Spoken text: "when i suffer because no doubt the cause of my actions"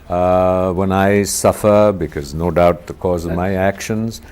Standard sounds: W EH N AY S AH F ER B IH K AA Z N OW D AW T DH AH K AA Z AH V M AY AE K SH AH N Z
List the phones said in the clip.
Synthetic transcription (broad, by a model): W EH N AY S AH F ER B IH K AA Z N OW D AW T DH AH K AA Z AH V M AY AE K SH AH N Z